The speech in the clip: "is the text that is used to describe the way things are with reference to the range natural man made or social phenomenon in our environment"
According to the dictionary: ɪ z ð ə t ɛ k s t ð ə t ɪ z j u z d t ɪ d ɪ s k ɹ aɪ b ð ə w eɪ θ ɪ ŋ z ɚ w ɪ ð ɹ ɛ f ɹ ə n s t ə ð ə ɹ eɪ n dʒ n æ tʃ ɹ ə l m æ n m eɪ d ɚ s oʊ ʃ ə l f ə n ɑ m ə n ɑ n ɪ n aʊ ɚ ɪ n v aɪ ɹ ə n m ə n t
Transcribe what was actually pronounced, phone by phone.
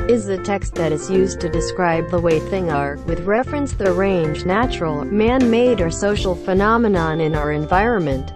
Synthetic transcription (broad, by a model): ɪ z ð ə t ɛ k s t ð ə t ɪ z j u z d t ɪ d ɪ s k ɹ aɪ b ð ə w eɪ θ ɪ ŋ ɚ w ɪ ð ɹ ɛ f ɹ ə n s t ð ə ɹ eɪ n dʒ n æ tʃ ɹ l m æ n m eɪ d ɚ s oʊ ʃ l f ə n ɑ m ə n ɑ n ɪ n aʊ ɚ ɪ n v aɪ ɹ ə n m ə n t